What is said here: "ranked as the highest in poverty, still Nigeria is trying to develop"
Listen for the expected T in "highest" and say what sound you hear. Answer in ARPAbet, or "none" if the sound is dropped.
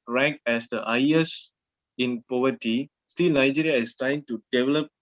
none